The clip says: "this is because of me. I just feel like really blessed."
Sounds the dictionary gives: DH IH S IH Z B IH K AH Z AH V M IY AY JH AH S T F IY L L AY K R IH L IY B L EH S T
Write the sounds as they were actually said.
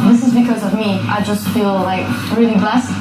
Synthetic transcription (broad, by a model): DH IH S IH Z B IH K AH Z AH V M IY AY JH AH S T F IY L L AY K R IH L IY B L EH S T